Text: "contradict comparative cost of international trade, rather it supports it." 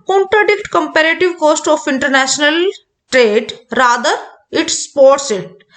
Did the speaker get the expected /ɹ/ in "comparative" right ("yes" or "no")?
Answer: yes